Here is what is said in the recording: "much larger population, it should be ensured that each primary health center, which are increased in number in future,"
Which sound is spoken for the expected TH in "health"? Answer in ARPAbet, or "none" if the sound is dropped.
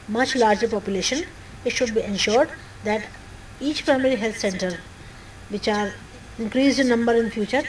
T